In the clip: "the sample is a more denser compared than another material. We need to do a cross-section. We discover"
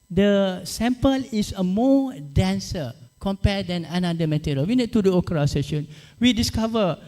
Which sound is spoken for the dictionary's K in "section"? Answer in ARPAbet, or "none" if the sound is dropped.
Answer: none